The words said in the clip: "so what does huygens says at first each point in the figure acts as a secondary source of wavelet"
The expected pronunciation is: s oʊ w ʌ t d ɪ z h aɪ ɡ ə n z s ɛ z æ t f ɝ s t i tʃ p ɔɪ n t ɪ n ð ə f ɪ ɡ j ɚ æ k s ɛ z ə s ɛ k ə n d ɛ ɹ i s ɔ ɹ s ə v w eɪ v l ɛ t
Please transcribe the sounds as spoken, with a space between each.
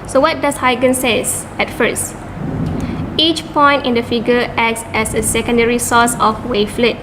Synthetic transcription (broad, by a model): s oʊ w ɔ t d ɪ s h aɪ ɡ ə n s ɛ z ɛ t f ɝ s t i tʃ p ɔɪ n t ɪ n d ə f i ɡ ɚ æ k s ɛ s ə s ɛ k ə n d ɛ ɹ i s ɔ s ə f w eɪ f l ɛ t